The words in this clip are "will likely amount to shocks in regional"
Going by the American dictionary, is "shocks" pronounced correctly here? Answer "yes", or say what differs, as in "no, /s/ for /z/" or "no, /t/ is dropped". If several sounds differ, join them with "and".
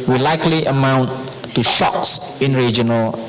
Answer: yes